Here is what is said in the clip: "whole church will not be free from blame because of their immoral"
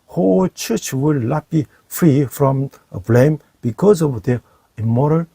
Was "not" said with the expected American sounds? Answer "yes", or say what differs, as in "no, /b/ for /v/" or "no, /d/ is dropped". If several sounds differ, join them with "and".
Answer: no, /l/ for /n/